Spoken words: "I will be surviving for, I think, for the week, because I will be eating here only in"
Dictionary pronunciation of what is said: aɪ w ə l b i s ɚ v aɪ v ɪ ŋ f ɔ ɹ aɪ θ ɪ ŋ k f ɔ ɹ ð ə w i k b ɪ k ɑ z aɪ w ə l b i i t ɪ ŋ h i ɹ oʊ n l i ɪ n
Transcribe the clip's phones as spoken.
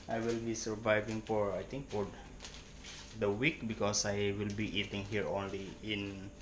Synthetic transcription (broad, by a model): aɪ w ə l b i s ɚ v aɪ v ɪ ŋ f ɔ ɹ aɪ t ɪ ŋ k f ɔ ɹ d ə w i k b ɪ k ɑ s aɪ w ə l b i i t ɪ ŋ h i ɹ oʊ n l i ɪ n